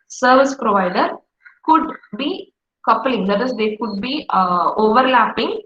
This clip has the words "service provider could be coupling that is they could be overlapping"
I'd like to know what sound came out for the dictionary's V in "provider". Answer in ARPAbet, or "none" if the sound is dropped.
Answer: V